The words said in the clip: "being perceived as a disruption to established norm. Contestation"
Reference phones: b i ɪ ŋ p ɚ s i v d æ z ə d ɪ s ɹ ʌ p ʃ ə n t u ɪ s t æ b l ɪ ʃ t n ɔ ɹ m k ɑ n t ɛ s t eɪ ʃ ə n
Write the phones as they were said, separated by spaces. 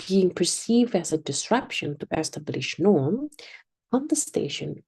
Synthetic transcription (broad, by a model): i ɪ ŋ p ɚ s i v d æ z ə d ɪ s ɹ ʌ p ʃ ə n t u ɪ s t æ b l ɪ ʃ n ɔ ɹ m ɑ n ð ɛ s t eɪ ʃ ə n